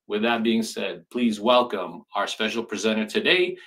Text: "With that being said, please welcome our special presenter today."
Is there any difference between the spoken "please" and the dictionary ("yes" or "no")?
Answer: no